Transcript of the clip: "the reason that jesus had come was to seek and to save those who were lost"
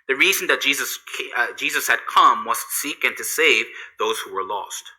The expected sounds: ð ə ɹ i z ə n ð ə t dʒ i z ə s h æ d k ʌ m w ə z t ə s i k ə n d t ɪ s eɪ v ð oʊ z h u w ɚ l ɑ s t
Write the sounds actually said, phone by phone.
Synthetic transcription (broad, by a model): ð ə ɹ i z n ð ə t dʒ i z ə s h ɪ d k ʌ m w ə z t s i k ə n t ɪ s eɪ v ð oʊ z h u w ɚ l ɑ s t